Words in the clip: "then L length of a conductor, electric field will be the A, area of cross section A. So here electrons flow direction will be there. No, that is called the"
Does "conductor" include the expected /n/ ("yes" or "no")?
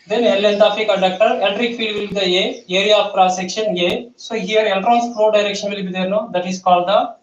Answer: no